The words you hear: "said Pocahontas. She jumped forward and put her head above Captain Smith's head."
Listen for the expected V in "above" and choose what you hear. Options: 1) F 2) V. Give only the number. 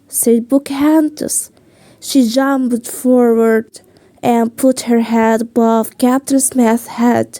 1